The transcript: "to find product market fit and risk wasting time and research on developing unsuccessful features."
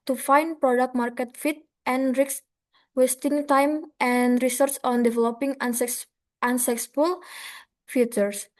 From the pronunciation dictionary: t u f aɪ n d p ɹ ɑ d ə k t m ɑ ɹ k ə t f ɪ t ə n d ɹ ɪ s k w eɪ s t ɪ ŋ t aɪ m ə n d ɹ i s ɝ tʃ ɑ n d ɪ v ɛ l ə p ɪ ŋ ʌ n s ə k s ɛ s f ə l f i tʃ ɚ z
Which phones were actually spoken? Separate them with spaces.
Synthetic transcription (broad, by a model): t u f aɪ n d p ɹ ɑ d ə k t m ɑ ɹ k ə t f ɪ t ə n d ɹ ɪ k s w eɪ s t ɪ ŋ t aɪ m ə n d ɹ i s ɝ s ɑ n d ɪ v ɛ l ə p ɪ ŋ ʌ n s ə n s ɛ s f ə l f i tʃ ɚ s